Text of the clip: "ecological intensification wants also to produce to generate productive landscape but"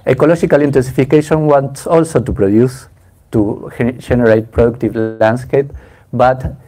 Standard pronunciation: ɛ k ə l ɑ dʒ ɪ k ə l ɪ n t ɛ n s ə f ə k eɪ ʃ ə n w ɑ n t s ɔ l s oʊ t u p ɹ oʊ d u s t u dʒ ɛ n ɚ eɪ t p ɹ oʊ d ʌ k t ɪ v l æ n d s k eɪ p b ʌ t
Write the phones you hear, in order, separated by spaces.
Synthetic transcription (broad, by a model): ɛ k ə l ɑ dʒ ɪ k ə l ɪ n t ɛ n s ə f ə k eɪ ʃ ə n w ɑ n t s ɔ l s oʊ t u p ɹ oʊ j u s t u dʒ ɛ n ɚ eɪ t p ɹ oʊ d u k t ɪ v l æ n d s k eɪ p b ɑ t